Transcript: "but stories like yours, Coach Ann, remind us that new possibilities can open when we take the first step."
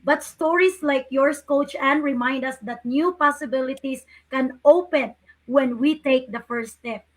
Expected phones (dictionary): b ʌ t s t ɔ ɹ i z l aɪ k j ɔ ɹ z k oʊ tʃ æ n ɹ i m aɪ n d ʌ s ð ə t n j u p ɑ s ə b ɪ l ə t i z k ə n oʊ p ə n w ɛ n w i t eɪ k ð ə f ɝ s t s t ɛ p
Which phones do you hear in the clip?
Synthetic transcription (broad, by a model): b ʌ t s t ɔ ɹ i s l aɪ k j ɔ ɹ s k oʊ tʃ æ n ɹ i m aɪ n d ʌ s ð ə t n j u p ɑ s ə b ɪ l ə t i s k ə n oʊ p ə n w ɛ n w i t eɪ k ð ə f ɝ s s t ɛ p